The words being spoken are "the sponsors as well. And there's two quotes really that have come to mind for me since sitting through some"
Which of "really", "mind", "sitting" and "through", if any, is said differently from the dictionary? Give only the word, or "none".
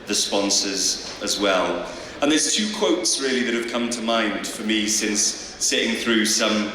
none